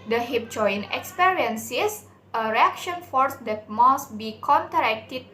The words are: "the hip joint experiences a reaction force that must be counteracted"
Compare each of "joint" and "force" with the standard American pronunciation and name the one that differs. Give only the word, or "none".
joint